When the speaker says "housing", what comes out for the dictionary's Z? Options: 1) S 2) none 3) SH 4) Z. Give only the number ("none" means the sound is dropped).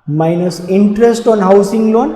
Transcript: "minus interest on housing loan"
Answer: 1